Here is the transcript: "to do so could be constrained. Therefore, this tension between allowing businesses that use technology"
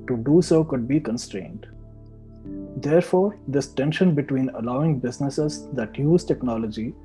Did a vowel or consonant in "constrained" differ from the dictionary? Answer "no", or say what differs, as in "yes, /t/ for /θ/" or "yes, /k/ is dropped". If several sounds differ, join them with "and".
no